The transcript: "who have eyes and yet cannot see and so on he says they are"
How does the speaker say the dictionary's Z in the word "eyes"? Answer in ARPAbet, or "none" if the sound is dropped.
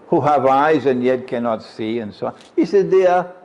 Z